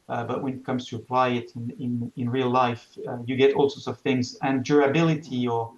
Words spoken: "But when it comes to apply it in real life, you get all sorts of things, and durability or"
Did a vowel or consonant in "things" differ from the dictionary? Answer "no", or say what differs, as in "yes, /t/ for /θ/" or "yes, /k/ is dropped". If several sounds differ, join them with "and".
no